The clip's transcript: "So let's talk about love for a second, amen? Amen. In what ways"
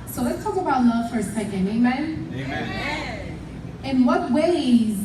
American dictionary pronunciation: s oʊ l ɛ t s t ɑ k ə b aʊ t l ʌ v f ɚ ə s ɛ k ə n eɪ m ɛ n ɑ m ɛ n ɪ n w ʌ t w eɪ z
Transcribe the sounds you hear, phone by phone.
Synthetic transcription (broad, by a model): s oʊ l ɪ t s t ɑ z ə b aʊ t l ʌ f ɚ s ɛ ə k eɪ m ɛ ɑ m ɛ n ɪ n w ʌ t w eɪ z